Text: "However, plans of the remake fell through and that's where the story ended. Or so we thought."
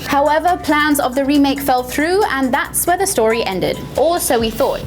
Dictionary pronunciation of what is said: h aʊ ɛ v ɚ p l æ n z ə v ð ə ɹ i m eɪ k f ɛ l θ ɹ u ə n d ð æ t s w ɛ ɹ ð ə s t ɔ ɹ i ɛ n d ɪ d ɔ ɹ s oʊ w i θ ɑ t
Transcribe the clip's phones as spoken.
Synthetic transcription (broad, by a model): h aʊ ɛ v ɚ p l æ n z ə v ð ə ɹ i m eɪ k f ɛ l θ ɹ u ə n ð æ t s w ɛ ð ə s t ɔ ɹ i ɛ n d ɪ d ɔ l s oʊ w i θ ɑ t